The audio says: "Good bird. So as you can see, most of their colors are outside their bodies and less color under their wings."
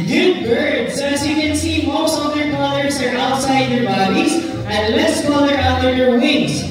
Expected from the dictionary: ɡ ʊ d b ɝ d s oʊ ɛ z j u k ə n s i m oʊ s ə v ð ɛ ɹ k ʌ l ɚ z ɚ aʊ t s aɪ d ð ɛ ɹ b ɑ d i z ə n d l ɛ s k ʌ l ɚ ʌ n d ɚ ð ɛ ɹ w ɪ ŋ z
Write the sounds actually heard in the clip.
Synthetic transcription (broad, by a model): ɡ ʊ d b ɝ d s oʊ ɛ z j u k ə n s i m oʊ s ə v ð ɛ ɹ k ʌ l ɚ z ɚ aʊ t s aɪ d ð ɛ ɹ b ɑ d i z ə n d l ɛ s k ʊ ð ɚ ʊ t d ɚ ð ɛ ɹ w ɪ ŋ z